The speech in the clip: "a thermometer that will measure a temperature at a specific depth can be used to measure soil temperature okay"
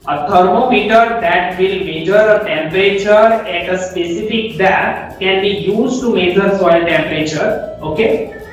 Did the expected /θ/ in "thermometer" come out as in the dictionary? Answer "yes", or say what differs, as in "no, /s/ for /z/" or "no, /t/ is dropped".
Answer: no, /t/ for /θ/